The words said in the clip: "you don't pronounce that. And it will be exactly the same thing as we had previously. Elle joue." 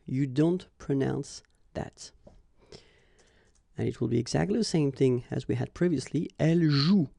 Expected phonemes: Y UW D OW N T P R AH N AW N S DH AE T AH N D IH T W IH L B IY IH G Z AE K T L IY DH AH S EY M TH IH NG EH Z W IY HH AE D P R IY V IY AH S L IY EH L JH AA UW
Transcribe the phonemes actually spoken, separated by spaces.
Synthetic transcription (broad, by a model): Y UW D OW N T P R AH N AW N S DH AE T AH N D IH T W IH L B IY IH G Z AE K T L IY DH AH S EY M TH IH NG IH Z W IY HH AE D P R IY V IY AH S L IY EH L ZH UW